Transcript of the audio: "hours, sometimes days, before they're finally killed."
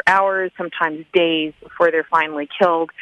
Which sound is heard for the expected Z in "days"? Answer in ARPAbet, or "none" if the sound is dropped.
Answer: Z